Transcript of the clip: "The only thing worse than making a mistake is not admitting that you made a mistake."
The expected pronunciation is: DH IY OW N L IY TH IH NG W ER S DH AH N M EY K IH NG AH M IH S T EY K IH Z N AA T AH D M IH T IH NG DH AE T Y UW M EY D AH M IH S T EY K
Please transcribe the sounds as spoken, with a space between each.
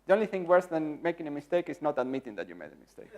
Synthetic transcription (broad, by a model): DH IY OW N L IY TH IH NG W ER S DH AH N M EY K IH NG AH M IH S T EY K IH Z N AA T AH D M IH T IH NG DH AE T Y UW M EY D AH M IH S T EY K